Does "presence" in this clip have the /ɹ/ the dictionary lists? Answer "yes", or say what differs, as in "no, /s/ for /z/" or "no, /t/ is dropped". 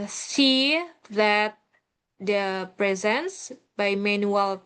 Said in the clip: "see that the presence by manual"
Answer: yes